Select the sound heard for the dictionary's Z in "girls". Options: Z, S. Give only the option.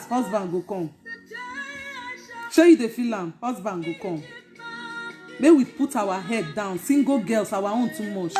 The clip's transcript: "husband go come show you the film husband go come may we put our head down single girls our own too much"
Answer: S